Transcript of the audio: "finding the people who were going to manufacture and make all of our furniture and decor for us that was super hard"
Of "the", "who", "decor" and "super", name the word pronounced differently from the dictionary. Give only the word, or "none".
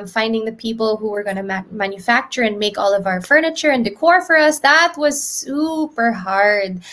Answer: none